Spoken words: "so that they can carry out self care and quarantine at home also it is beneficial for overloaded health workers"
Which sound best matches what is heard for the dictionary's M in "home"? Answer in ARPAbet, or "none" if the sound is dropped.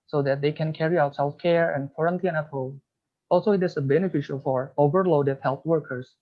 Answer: none